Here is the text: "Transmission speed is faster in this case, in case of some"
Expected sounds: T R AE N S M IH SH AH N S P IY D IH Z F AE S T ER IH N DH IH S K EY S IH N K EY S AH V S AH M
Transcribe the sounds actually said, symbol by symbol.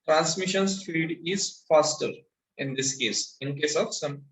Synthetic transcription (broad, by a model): T R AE N S M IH SH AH N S F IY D IH Z F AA S T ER IH N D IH S K EY S IH N K EY S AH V S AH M